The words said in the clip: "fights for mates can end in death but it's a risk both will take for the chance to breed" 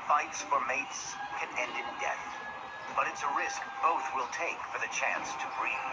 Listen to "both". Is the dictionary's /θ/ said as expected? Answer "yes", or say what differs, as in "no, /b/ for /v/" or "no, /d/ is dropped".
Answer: yes